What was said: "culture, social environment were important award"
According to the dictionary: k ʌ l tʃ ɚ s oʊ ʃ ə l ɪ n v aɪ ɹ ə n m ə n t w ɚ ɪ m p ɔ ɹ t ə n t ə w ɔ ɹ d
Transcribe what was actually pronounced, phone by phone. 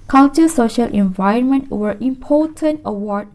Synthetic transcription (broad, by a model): k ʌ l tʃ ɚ s oʊ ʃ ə l ɪ n v aɪ ɹ ə n m ə n t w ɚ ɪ m p ɔ t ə n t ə w ɔ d